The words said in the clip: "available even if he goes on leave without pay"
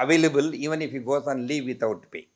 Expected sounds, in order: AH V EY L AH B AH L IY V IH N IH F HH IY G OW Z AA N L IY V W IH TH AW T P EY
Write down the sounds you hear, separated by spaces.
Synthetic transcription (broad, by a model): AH V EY L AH B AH L IY V IH N IH F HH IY G OW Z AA N L IY V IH T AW T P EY